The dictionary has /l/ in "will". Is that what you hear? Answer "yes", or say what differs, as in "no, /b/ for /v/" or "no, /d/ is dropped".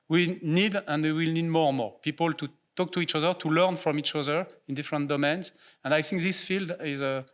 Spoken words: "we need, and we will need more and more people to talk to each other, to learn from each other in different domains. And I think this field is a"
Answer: yes